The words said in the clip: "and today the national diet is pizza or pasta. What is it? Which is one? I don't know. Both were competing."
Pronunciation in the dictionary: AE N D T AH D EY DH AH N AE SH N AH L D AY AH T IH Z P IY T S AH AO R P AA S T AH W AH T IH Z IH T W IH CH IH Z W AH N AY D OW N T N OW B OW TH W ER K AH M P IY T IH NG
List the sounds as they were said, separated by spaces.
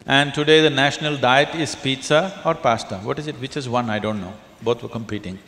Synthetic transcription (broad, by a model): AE N D T AH D EY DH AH N AE SH N AH L D AY AH T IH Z P IY T S AH AO R P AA S T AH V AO T IH Z IH T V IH CH IH Z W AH N AY D OW N T N OW B OW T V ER K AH M P IY T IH NG